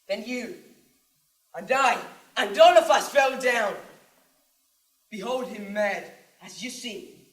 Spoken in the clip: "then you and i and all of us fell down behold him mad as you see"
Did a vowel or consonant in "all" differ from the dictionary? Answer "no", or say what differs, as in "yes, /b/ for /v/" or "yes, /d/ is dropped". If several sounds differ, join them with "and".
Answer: yes, /n/ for /l/